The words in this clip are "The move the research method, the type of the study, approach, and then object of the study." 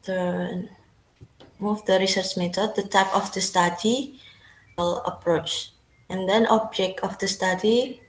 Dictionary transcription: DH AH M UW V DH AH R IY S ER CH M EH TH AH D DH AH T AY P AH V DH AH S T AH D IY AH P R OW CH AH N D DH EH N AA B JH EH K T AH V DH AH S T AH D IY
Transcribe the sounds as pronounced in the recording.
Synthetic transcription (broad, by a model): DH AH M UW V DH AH R IY S ER CH M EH T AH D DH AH T AY P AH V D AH S T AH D IY AH P R OW CH AH N D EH N AA B JH EH K T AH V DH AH S T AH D IY